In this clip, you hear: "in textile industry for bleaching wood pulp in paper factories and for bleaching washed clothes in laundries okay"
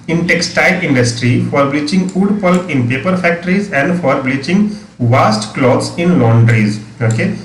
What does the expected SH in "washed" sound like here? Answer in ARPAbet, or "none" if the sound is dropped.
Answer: S